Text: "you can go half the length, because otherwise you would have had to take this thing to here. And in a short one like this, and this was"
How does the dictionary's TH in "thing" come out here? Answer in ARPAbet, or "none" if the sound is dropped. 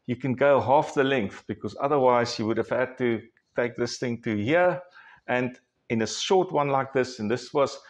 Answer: TH